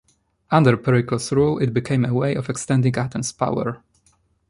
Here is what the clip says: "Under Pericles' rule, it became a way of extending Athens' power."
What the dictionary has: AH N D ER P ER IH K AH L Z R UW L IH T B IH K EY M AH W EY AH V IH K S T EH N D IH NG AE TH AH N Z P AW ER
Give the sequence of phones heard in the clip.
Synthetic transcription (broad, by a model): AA N D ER P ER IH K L S R UW L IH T B IH K EY M AH W EY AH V IH K S T EH N D IH NG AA T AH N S P AW ER